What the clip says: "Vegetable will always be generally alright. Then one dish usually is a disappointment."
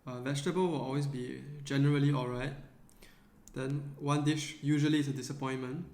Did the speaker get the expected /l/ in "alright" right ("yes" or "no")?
yes